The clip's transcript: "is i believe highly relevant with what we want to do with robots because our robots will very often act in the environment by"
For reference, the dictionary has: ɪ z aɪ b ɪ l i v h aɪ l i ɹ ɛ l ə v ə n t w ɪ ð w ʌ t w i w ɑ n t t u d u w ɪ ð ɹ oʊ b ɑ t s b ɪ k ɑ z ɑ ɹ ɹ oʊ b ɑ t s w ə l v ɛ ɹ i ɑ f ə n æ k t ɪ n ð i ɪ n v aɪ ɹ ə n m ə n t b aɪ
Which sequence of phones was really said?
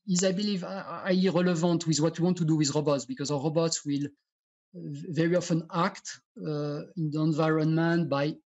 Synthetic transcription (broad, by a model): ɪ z aɪ b ɪ l i v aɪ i ɹ ɛ l ə v ə n t w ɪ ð w ʌ t w i w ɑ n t t u d u w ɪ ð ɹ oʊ b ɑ t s b ɪ k ɑ z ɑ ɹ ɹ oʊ b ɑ t s w ə l v ɛ ɹ i ɑ f ə n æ k t ɪ n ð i ɪ n v aɪ ɹ ə n m ə n t b aɪ